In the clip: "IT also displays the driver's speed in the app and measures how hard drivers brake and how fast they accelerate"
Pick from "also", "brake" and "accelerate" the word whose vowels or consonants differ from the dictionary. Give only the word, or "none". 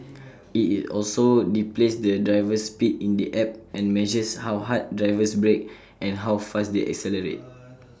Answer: none